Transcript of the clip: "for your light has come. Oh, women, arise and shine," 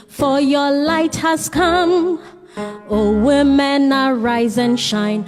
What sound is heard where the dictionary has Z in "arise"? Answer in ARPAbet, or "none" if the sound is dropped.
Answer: Z